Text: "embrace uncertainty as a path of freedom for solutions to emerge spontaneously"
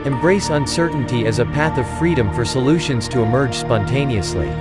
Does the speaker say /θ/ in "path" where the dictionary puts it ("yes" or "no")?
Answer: yes